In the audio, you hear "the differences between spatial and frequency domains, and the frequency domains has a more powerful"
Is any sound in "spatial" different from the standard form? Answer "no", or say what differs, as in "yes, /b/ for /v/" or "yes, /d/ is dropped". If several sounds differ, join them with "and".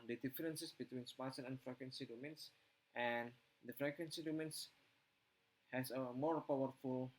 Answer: yes, /s/ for /ʃ/ and /n/ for /l/